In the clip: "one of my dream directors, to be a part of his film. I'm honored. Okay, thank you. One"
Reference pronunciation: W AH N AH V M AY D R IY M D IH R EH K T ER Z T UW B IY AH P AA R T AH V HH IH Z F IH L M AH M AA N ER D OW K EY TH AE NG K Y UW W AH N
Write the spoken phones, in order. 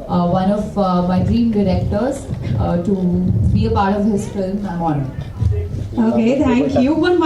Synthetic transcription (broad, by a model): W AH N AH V M AY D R IY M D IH R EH K T ER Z T UW B IY AH P AA R T AH V HH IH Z F IH L M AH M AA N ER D OW K EY T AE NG K Y UW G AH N